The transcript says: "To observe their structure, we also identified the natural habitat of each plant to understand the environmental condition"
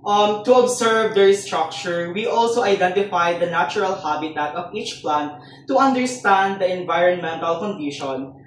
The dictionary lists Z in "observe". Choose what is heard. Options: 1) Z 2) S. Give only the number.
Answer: 2